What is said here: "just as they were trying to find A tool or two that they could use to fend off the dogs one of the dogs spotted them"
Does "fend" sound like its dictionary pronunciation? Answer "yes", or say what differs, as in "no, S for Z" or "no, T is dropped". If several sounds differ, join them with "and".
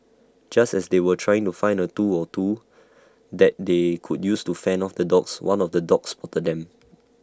no, D is dropped